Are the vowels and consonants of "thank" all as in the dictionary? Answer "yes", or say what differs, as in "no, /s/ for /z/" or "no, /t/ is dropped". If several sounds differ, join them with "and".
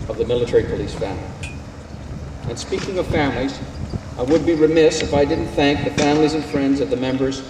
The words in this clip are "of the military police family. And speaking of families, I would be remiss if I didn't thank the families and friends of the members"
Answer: yes